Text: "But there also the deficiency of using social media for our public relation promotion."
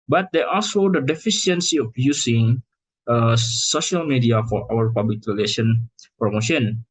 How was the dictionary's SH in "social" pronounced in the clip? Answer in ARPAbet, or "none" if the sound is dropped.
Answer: SH